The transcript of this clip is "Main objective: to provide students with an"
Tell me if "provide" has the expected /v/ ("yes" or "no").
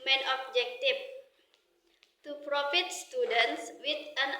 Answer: no